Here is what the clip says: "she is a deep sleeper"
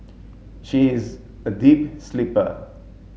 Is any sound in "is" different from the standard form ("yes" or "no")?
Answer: no